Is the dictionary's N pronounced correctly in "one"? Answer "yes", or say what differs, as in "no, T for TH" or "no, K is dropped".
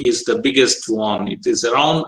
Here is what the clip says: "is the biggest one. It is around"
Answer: yes